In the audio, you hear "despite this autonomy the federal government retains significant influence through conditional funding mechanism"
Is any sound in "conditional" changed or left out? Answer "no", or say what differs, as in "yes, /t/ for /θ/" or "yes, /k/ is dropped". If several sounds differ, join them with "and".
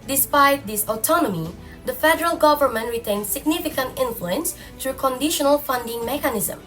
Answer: no